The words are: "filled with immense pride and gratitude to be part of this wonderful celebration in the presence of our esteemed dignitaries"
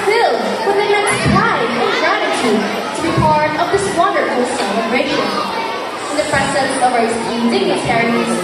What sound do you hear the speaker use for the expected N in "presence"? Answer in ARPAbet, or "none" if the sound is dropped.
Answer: none